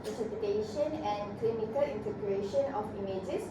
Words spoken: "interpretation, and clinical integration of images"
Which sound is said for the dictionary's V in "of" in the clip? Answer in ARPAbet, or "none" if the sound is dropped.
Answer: F